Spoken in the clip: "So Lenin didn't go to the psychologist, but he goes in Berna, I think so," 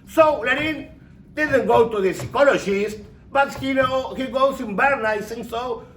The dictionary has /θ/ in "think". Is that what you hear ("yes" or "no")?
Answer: no